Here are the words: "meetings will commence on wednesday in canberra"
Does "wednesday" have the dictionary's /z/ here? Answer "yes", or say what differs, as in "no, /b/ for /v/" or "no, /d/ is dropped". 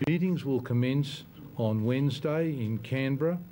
yes